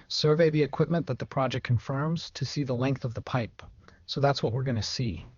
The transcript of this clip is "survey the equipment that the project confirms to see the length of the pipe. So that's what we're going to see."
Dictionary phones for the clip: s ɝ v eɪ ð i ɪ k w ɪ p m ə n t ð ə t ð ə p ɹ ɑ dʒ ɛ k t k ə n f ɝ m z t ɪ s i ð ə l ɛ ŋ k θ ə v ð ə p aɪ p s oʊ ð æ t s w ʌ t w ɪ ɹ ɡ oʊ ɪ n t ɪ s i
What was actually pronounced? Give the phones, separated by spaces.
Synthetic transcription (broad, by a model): s ɝ v eɪ ð i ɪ k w ɪ p m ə n ð ə t ð ə p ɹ ɑ dʒ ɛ k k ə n f ɝ m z t ɪ s i ð ə l ɛ ŋ k θ ə v ð ə p aɪ p s oʊ ð æ t s w ʌ t w ɪ ɹ ɡ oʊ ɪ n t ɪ s i